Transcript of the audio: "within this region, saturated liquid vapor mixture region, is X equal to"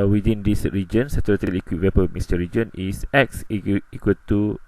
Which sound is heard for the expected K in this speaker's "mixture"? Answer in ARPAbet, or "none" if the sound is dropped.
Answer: none